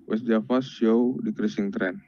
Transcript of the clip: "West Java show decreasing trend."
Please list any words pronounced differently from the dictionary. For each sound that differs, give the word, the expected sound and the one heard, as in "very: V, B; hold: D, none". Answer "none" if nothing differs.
java: V, F; show: SH, S